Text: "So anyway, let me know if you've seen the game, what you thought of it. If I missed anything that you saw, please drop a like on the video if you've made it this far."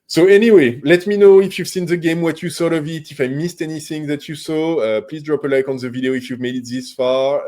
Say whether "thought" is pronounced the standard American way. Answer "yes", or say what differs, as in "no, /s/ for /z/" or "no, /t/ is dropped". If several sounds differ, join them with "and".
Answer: no, /s/ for /θ/